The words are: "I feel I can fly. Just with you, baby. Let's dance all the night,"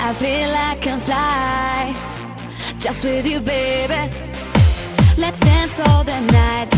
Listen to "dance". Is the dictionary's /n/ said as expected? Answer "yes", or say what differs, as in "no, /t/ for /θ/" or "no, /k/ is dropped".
yes